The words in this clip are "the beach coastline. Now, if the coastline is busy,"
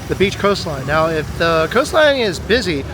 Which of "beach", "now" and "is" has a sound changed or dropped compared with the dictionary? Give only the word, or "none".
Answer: none